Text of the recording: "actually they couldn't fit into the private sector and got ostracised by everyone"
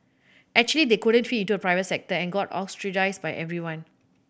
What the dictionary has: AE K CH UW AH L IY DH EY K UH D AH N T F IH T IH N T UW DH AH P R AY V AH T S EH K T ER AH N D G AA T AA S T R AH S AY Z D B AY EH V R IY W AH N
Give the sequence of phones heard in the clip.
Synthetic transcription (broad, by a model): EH K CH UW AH L IY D EY K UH D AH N T F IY IH N T UW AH P R AY V AH T S EH K T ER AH N G AA T AA S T R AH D AY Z B AY EH V R IY W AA N